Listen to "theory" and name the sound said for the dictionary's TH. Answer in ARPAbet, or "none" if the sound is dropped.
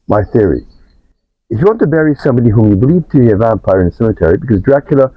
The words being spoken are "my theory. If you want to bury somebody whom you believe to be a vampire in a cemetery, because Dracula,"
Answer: TH